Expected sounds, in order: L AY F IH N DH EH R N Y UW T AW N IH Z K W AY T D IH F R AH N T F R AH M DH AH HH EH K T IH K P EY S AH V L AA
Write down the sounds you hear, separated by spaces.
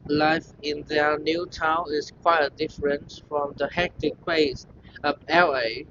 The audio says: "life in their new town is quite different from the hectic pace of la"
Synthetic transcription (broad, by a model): L AY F IH N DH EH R N Y UW T AW N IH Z K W AY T D IH F R AH N T F R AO M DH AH HH EH K T IH K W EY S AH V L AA